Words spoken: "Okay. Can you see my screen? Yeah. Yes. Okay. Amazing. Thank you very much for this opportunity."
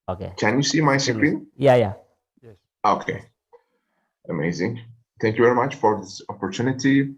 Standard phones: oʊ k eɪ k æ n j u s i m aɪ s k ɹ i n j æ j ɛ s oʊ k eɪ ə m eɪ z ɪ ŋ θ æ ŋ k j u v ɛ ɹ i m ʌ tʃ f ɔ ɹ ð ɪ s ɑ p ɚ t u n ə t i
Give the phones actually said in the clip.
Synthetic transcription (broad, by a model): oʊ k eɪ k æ n j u s i m aɪ s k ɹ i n j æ j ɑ oʊ k eɪ ə m eɪ z ɪ ŋ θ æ ŋ k j u v ɛ ɹ i m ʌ tʃ f ɔ ɹ ð ɪ s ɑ p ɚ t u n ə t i